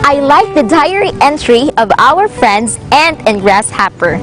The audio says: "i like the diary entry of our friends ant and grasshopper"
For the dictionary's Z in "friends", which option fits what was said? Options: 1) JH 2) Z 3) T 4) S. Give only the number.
2